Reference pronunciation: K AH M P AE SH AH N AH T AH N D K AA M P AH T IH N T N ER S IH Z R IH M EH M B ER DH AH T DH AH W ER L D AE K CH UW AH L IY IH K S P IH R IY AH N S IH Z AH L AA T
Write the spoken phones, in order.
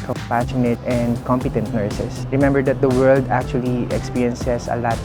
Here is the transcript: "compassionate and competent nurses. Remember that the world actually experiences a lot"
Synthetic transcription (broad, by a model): K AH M P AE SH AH N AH T AH N D K AA M P AH T IH N T N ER S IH S R IH M EH M B ER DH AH T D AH W ER L D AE K CH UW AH L IY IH K S P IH R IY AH N S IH S AH L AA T